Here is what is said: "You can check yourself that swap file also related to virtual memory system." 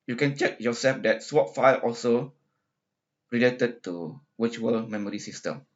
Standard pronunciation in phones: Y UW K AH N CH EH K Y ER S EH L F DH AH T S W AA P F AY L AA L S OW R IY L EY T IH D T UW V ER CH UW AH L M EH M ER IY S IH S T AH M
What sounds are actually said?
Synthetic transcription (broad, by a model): Y UW K AH N CH EH K Y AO S EH L F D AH T S W AA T F AY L AA L S OW R IY L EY T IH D T UW W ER CH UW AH L M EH M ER IY S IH S T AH M